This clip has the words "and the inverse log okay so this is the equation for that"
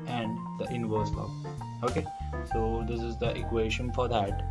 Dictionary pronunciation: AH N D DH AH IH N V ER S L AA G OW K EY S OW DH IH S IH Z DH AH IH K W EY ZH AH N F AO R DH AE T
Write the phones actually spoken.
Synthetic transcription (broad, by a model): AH N D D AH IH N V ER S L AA OW K EY S OW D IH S IH Z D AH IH K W EY SH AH N F AO R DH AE T